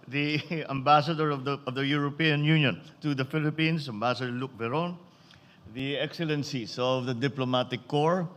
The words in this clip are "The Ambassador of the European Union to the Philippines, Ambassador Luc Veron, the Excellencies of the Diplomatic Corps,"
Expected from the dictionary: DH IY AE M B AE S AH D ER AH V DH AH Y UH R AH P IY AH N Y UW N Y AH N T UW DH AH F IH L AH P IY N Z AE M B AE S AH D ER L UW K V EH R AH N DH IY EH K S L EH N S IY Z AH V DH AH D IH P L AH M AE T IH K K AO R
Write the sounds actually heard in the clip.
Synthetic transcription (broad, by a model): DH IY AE M B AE S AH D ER AH V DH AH Y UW R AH P IY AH N Y UW N Y AH N T UW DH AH F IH L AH P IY N S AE M B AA S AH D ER L UW K V EH R AH N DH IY EH K S L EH N S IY S AH V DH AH D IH P L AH M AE T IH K K AO R